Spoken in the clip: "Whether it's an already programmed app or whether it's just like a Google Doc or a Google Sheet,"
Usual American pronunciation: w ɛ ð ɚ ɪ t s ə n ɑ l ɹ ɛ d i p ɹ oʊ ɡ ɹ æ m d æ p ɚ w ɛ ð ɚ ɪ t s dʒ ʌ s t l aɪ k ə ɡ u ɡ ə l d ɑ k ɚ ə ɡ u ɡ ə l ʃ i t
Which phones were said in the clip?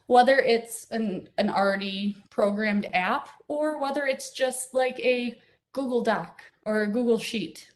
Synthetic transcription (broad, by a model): w ɛ ð ɚ ɪ t s ə n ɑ n ɹ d i p ɹ oʊ ɡ ɹ æ m d æ p ɚ w ɛ ð ɚ ɪ t s dʒ ʌ s t l aɪ k ə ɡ u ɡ l d ɑ k ɚ ə ɡ u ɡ l ʃ i t